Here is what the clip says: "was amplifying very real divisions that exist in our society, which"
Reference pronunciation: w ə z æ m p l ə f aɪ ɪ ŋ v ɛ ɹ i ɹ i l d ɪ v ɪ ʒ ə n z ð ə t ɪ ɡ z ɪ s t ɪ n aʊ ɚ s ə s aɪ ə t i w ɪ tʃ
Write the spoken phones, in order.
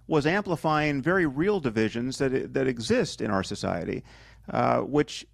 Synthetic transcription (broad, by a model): w ə z æ m p l ə f aɪ ɪ ŋ v ɛ ɹ i ɹ i l d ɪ v ɪ ʒ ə n z ð ə t ɪ ɡ z ɪ s t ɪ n aʊ ɚ s ə s aɪ ə t i w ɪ tʃ